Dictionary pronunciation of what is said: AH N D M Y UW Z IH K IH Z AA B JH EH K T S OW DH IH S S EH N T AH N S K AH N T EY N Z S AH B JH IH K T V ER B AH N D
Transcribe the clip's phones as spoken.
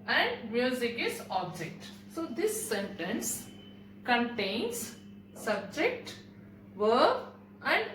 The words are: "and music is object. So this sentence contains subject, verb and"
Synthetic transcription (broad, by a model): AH N D M Y UW Z IH K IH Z AA B JH EH K T S OW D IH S S EH N T AH N S K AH N T EY N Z S AH B JH IH K T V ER AH N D